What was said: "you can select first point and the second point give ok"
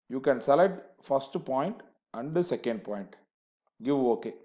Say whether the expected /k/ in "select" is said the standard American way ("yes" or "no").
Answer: no